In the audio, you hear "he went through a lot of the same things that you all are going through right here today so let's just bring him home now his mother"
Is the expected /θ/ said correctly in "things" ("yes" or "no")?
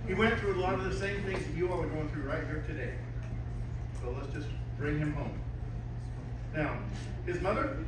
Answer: yes